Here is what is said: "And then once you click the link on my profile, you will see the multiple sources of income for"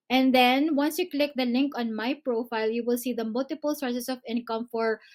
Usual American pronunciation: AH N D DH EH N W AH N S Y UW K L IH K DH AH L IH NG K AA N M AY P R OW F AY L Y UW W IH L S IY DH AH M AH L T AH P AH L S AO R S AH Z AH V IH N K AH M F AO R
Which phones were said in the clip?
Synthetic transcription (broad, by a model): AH N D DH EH N W AH N S Y UW K L IH K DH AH L IH NG K AA N M AY P R OW F AY L Y UW W IH L S IY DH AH M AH L T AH P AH L S AO R S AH S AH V IH N K AH M F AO R